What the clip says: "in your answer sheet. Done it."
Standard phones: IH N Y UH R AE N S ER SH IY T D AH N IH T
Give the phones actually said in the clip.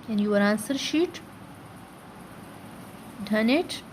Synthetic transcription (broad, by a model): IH N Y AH R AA N S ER SH IY T D AH N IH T